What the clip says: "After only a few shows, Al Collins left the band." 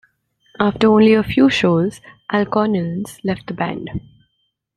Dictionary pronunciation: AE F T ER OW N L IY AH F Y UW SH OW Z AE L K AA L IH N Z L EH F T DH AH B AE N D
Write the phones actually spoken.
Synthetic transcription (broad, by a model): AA F T ER OW N L IY AH F Y UW SH OW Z AE L K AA N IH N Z L EH F T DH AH B AE N D